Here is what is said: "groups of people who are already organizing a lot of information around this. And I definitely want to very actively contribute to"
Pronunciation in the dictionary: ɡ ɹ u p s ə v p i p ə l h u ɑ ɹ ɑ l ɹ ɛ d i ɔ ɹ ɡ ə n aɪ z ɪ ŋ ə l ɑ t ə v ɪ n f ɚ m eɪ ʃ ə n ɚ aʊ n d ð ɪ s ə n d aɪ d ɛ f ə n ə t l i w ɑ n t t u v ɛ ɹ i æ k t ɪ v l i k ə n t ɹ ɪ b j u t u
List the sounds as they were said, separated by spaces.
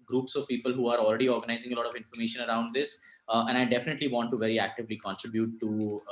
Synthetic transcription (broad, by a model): ɡ ɹ u p s ə v p i p ə l h u ɑ ɹ ɑ l ɹ ɛ d i ɔ ɹ ɡ ə n aɪ z ɪ ŋ ə l ɑ t ə v ɪ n f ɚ m eɪ ʃ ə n ɚ aʊ n d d ɪ s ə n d aɪ d ɛ f ə n ə t l i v ɑ n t t u v ɛ ɹ i æ k t ɪ v l i k ə n t ɹ ɪ b j u t u